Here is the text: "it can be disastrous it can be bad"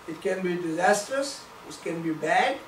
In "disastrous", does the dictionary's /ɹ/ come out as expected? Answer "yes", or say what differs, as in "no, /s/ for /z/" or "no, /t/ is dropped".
yes